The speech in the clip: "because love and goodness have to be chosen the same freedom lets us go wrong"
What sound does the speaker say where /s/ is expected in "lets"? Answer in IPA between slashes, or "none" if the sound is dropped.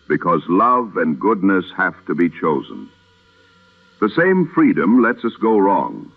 /s/